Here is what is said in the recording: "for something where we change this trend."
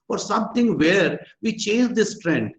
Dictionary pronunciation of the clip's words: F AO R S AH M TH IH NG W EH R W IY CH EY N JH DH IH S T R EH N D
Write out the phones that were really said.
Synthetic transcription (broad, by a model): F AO R S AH M T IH NG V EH R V IY CH EY N JH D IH S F R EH N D